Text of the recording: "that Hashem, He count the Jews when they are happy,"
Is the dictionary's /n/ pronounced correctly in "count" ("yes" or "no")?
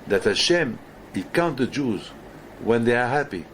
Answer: yes